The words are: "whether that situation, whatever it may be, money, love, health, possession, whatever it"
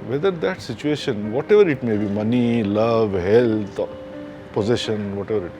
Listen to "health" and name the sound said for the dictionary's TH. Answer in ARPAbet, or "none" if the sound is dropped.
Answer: T